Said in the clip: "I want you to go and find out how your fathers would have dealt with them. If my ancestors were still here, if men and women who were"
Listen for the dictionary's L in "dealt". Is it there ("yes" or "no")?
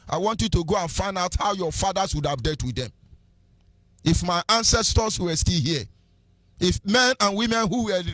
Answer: no